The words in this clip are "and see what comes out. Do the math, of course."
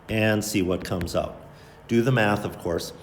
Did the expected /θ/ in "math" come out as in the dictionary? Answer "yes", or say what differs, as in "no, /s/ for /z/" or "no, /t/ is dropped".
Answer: yes